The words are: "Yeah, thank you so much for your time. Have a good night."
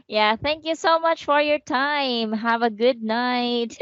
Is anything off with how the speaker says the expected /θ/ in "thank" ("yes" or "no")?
no